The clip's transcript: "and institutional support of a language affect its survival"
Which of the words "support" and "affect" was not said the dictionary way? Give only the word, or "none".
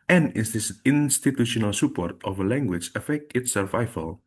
none